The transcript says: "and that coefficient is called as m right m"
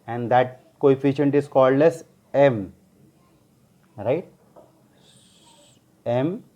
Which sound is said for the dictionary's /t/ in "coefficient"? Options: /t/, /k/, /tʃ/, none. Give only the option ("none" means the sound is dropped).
/t/